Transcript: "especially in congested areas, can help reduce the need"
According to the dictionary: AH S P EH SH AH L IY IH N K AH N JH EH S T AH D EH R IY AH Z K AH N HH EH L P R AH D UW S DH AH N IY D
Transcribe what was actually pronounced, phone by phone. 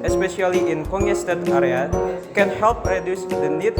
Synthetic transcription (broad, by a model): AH S P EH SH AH L IY IH N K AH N EH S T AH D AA R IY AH K AH N HH EH L P R AH D UW S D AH N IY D